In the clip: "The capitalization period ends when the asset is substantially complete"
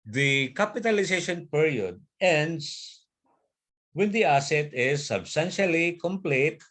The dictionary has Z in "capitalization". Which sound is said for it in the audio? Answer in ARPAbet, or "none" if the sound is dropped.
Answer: S